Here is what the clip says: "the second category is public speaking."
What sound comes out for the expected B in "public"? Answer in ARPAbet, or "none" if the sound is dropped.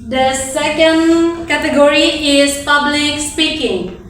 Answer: B